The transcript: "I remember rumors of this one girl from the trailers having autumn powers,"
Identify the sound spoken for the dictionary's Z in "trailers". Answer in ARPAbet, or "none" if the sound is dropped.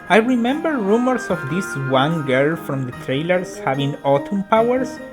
S